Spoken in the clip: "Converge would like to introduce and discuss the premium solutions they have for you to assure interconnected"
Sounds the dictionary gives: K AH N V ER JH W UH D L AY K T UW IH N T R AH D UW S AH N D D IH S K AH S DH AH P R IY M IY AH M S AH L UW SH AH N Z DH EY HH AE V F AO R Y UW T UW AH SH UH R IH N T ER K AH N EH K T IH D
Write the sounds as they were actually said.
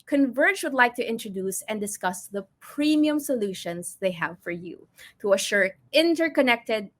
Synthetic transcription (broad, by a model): K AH N V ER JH W UH D L AY K T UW IH N T R AH D UW S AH N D D IH S K AH S DH AH P R IY M IY AH M S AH L UW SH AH N S DH EY HH AE V F AO R Y UW T UW AH SH UH R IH N T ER K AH N EH K T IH D